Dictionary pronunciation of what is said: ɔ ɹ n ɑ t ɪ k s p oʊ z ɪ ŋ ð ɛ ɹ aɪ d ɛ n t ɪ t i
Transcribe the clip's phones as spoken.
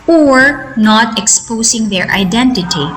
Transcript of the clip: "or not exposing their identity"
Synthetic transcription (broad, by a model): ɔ ɹ n ɑ t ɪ k s p oʊ s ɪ ŋ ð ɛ ɹ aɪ d ɛ n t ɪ t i